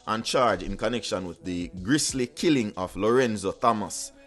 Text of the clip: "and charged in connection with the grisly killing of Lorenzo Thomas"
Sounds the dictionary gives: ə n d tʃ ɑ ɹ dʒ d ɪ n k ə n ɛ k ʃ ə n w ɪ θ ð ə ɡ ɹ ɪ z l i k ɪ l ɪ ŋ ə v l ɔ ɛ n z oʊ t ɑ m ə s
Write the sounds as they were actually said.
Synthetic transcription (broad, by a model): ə n tʃ ɑ ɹ dʒ ɪ n k ə n ɛ k ʃ ə n w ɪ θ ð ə ɡ ɹ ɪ s l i k ɪ l ɪ ŋ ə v l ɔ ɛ n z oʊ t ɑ m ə s